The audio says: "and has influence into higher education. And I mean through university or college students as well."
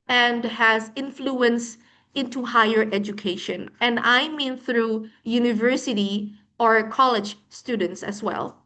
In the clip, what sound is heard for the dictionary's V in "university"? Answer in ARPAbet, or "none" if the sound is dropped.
V